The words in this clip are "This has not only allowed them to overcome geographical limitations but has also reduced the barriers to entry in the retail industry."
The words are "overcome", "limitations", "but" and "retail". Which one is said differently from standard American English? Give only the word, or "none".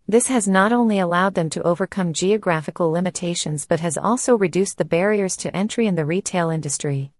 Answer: none